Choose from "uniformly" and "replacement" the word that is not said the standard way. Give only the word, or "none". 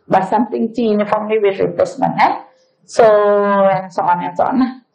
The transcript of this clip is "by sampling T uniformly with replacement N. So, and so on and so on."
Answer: replacement